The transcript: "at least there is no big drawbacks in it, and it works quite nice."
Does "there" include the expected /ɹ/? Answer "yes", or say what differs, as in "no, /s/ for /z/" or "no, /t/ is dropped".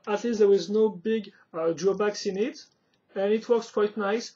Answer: no, /w/ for /ɹ/